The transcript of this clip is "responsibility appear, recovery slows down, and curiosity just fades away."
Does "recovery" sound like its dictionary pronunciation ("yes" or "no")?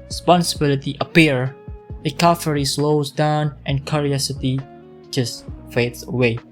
no